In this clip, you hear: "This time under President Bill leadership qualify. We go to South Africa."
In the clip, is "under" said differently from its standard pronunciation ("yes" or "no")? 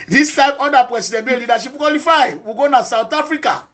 yes